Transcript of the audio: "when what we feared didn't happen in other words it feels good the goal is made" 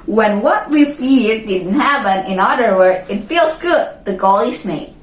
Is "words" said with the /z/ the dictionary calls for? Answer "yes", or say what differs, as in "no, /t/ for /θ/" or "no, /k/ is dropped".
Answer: no, /z/ is dropped